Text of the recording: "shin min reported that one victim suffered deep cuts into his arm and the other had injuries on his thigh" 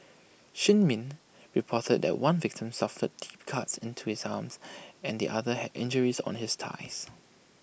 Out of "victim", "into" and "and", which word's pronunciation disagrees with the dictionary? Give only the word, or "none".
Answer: none